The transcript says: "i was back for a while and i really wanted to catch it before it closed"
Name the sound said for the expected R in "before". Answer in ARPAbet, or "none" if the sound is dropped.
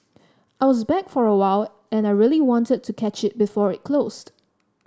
R